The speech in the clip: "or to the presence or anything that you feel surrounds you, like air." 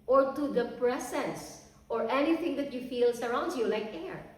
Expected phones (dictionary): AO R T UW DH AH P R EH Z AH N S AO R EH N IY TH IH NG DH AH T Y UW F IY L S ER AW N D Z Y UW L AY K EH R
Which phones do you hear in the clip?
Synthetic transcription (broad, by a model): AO R T UW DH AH P R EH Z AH N S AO R EH N IY TH IH NG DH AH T Y UW F IY L S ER AW N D Y UW L AY K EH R